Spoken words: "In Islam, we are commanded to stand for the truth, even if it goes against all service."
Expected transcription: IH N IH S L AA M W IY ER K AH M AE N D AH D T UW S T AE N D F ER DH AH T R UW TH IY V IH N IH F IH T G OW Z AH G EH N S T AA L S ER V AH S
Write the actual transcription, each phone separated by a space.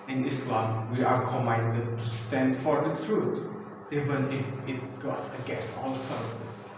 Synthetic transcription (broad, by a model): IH N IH S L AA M W IY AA K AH M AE N D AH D T UW S T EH N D F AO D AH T R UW T IY V IH N IH F IH T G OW S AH G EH S AA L S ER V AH S